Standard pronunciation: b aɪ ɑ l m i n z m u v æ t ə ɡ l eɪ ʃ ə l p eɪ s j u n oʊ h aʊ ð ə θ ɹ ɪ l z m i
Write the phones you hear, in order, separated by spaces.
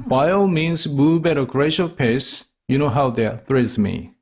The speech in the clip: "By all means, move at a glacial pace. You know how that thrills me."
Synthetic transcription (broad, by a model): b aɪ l m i n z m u b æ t ə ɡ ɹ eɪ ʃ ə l p eɪ s j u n oʊ h aʊ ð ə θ ɹ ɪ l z m i